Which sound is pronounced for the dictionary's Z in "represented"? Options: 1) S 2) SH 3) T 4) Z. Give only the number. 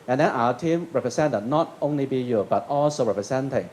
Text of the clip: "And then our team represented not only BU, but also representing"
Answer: 1